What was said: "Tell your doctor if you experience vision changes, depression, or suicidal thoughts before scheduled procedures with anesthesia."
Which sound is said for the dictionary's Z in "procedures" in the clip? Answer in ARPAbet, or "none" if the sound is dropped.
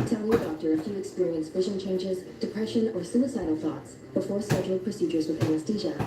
Z